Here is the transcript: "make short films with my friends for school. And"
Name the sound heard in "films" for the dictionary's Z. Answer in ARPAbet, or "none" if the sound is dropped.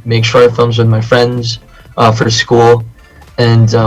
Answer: Z